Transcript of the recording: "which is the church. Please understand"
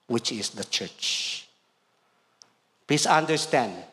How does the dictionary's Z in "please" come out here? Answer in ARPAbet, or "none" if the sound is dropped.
S